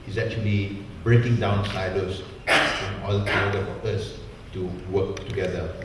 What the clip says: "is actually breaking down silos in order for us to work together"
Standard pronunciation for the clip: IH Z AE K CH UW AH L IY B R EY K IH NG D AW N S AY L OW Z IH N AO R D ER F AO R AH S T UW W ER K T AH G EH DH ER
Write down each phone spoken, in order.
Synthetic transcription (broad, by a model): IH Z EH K CH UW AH L IY B R EY K IH NG D AW N S AY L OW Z IH N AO L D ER F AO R AH S T UW W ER K T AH G EH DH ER